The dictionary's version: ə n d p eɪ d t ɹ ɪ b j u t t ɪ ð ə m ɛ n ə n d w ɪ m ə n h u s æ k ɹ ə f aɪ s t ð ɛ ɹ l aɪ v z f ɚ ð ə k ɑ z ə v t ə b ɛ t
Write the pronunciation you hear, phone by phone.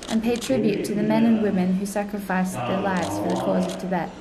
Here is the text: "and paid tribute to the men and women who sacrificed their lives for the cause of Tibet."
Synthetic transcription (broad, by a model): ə n p eɪ d t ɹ ɪ b j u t t ɪ ð ə m ɛ n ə n w ɪ m ə n h u s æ k ɹ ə f aɪ s ð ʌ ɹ l aɪ v z f ɚ ð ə k ɑ z ə v t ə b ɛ t